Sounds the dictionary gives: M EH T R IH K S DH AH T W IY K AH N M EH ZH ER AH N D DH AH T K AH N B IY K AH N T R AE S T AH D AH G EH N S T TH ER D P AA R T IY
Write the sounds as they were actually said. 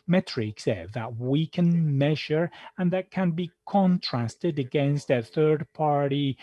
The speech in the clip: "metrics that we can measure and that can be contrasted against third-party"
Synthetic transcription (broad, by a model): M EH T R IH K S DH AH T W IY K AH N M EH ZH ER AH N DH AH T K AH N B IY K AH N T R AE S T AH D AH G EH N S T TH ER D P AA R T IY